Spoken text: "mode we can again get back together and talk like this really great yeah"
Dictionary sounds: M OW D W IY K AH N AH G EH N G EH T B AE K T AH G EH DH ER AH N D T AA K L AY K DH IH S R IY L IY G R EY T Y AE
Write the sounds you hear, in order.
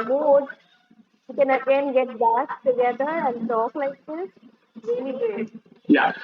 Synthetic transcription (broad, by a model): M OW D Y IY K AH N AH G EH N G EH T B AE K T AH G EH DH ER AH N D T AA K L AY K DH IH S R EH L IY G EY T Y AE